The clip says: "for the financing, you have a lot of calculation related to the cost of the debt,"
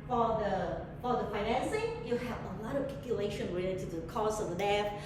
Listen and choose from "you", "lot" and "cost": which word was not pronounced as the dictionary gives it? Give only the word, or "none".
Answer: cost